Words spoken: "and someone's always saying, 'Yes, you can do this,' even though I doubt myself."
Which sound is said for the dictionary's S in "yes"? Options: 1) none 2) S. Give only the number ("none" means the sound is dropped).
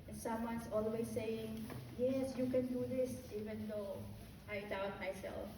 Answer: 2